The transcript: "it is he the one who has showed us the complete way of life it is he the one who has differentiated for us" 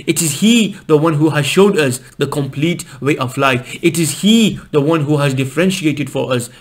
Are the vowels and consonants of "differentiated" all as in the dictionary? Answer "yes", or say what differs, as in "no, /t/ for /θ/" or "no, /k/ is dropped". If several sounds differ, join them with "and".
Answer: yes